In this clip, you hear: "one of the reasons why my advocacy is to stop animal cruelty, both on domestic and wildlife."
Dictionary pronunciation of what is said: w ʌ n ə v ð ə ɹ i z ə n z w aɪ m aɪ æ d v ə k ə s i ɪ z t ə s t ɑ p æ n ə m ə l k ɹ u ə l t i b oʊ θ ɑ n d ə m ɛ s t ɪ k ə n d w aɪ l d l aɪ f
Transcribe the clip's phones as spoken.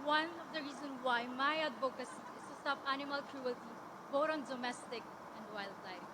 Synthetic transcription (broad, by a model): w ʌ n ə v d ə ɹ i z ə n w aɪ m aɪ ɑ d b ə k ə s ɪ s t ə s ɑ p æ n ə m ə l k ɹ u ə l t i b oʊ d ɑ n d ə m ɛ s t ɪ k ə n d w aɪ l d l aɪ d